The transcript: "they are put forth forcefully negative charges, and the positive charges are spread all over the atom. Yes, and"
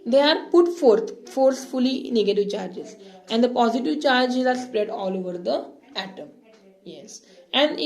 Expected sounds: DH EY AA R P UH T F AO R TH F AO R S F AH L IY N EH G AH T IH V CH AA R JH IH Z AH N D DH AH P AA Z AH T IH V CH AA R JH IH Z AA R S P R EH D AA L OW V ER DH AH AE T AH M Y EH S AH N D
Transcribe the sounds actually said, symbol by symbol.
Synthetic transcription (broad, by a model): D EY AA R P UH T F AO R T F AO R S F AH L IY N EH G AH T IH V CH AA R JH IH Z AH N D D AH P AA Z AH T IH V CH AA R JH IH Z AA R S P R EH D AA L OW V ER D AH AE T AH M Y EH S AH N D